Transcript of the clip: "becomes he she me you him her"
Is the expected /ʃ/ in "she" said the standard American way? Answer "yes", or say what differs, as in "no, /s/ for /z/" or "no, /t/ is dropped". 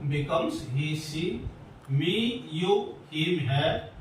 no, /s/ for /ʃ/